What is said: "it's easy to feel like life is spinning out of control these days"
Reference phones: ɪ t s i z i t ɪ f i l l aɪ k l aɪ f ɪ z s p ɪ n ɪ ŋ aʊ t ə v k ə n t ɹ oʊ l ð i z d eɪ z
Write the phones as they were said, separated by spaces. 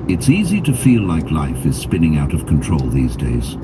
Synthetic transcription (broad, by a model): ɪ t s i z i t ɪ f i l l aɪ k l aɪ f ɪ z s p ɪ n ɪ ŋ aʊ t ə v k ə n t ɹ oʊ l ð i z d eɪ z